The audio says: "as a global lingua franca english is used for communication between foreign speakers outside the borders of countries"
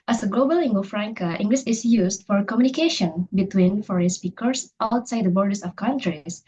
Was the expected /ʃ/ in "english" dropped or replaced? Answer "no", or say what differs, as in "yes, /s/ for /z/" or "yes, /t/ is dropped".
yes, /s/ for /ʃ/